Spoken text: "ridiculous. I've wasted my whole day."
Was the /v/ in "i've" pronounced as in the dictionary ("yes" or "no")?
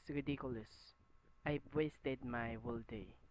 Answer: no